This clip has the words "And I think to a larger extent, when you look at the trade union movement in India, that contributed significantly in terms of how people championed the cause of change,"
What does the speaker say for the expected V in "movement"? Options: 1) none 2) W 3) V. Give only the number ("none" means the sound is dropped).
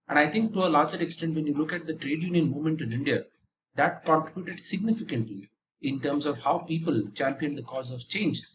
1